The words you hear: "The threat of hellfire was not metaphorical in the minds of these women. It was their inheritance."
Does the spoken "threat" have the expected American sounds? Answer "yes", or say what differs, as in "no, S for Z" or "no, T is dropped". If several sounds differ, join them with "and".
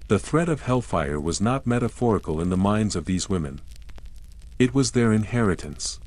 yes